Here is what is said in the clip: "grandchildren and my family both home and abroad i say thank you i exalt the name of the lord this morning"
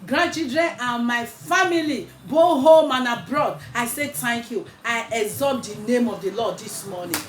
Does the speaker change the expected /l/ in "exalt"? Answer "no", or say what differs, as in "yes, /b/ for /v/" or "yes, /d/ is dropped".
yes, /l/ is dropped